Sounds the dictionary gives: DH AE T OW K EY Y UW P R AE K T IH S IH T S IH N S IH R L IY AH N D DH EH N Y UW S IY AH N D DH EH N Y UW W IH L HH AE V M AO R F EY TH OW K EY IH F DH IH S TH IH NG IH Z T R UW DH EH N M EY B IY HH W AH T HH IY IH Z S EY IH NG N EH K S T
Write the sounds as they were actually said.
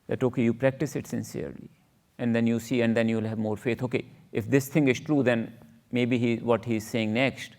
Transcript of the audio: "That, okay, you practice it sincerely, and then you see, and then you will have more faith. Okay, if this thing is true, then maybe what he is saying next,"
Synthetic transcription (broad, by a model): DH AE T OW K EY Y UW P R AE K T IH S IH T S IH N S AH R L IY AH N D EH N Y UW S IY AH N D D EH N Y UW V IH L HH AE V M AO R F EY T OW K EY IH F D IH S T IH NG IH Z T R UW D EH N M EY B IY HH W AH T HH IY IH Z S EY IH NG N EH K S T